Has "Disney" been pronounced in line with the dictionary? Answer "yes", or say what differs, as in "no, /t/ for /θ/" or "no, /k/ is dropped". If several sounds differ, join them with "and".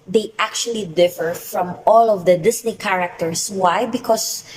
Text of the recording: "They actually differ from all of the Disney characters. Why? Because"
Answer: no, /s/ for /z/